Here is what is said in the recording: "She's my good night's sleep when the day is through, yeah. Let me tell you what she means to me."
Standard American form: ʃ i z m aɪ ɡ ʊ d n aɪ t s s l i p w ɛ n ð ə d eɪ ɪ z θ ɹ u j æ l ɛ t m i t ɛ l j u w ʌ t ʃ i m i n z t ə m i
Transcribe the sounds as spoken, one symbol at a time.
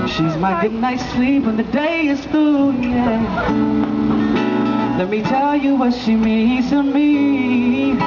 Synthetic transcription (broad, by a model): ʃ i z m aɪ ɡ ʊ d n aɪ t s s l i p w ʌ n ð ə d eɪ ɪ z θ u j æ l ɛ t m i t ɛ l j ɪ w ʌ t ʃ i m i z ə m i